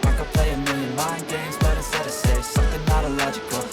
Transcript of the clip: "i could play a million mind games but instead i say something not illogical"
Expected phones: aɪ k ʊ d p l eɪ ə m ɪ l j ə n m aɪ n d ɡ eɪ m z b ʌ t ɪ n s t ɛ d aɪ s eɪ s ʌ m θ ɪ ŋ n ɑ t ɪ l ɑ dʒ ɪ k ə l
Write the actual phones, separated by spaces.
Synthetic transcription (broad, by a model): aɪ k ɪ p l eɪ ə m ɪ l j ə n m aɪ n ɡ eɪ m z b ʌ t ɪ s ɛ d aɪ s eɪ s ʌ m θ ɪ ŋ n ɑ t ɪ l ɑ dʒ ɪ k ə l